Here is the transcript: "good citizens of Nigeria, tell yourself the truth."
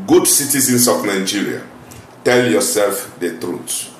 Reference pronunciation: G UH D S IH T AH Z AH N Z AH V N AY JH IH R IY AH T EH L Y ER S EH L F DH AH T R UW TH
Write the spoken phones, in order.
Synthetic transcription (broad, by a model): G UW D S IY T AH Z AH N S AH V N AY JH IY R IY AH T EH L Y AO S EH L F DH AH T R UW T